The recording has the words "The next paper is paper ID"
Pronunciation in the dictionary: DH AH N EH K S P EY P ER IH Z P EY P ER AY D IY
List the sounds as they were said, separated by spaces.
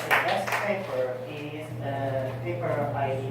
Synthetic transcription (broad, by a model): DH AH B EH S P EY P ER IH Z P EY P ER AY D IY